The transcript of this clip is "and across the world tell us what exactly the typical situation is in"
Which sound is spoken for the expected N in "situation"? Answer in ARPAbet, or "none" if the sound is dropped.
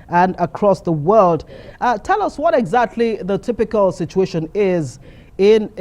N